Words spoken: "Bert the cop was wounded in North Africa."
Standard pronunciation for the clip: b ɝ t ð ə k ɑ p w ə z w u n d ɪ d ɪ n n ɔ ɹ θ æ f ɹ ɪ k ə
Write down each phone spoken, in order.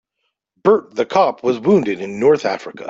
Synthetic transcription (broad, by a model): b ɝ t ð ə k ɑ p w ə z w u n d ɪ d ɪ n n ɔ ɹ θ æ f ɹ ɪ k ə